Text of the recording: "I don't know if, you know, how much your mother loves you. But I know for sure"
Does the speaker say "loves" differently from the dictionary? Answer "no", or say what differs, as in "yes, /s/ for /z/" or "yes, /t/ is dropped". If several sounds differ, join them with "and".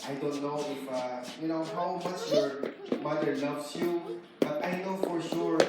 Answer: yes, /n/ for /l/